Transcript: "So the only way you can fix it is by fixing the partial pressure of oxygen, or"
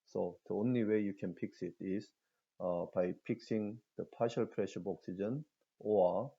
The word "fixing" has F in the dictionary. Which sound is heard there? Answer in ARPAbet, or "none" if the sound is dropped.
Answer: P